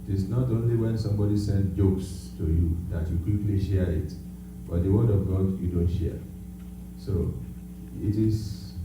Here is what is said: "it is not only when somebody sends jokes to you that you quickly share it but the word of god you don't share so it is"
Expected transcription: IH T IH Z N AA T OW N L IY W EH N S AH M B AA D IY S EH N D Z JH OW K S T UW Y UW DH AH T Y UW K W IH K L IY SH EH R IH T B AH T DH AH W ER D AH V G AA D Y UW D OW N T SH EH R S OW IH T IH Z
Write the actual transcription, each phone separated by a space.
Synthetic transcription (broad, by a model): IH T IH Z N AA T OW N L IY W EH N S AH M B AA D IY S EH N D JH OW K S T UW Y UW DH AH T Y UW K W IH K L IY SH EH R IH T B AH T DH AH W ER D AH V G AA D Y UW D OW N T SH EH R S OW IH T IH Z